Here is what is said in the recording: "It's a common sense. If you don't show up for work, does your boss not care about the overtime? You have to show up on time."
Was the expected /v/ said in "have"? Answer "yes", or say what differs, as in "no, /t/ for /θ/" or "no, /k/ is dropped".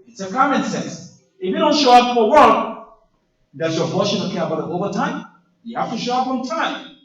no, /f/ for /v/